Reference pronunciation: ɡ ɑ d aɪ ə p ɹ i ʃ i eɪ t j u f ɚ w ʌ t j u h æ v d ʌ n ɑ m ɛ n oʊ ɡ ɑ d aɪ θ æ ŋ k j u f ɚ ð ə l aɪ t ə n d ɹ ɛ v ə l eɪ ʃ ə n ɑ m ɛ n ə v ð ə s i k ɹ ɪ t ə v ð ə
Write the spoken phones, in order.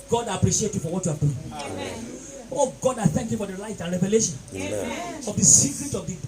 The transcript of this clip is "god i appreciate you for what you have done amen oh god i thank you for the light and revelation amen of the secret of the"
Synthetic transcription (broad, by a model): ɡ ɑ d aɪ ə p ɹ i ʃ i eɪ t j u f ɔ w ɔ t j u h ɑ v d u ɑ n oʊ ɡ ɑ d aɪ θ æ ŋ k j u f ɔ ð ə l aɪ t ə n ɹ ɛ v ə l eɪ ʃ ə n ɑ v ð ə s i k ɹ ɪ t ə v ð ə